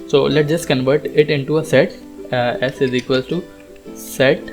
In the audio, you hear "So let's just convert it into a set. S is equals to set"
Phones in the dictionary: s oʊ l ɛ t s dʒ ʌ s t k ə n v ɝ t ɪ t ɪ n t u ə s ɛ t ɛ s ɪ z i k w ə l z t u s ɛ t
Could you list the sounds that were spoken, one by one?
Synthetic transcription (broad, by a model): s oʊ l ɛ t dʒ ʌ s t k ə n v ɝ t ɪ t ɪ n t u ə s ɛ t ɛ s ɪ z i k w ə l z t u s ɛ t